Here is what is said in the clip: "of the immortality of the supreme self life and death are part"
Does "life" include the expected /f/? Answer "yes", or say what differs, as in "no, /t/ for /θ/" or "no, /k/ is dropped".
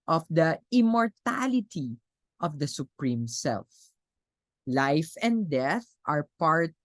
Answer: yes